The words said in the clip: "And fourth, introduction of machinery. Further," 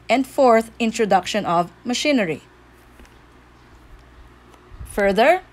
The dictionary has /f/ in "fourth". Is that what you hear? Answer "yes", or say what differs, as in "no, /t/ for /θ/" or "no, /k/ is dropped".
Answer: yes